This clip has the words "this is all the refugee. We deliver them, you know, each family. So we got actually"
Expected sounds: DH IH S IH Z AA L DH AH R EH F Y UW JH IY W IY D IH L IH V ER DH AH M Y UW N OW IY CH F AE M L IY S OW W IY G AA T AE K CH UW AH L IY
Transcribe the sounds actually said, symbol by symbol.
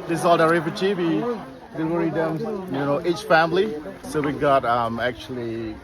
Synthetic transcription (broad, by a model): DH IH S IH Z AA L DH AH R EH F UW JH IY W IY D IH W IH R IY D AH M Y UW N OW IY CH F AE M L IY S OW W IY G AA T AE K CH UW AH L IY